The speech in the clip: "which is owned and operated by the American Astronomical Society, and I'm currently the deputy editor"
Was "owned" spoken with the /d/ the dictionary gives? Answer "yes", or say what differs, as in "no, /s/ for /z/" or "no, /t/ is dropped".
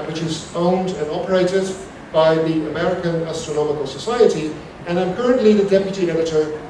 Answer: yes